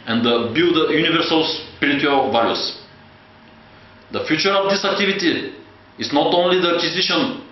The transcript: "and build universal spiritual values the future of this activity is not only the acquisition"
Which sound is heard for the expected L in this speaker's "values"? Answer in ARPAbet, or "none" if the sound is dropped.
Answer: none